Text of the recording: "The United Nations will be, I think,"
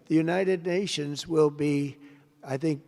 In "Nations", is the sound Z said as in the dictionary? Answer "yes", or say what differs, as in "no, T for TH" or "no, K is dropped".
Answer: yes